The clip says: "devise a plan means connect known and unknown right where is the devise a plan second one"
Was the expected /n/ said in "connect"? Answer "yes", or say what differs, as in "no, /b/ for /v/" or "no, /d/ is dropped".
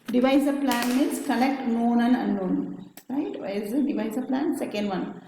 no, /l/ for /n/